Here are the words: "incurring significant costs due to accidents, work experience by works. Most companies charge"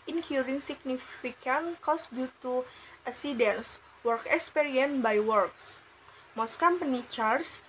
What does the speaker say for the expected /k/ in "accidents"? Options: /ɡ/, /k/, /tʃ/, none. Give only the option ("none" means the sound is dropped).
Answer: none